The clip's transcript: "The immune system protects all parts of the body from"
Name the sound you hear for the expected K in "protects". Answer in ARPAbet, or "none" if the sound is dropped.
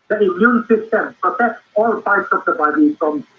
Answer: none